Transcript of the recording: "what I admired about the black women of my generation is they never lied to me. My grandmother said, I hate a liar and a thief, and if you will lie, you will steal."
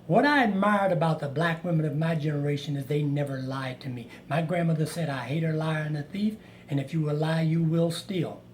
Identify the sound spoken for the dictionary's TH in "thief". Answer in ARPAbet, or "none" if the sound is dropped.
TH